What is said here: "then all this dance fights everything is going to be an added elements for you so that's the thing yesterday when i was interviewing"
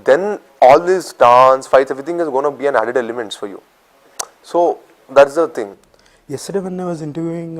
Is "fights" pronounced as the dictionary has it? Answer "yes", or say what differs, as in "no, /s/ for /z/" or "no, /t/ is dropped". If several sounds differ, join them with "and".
no, /s/ is dropped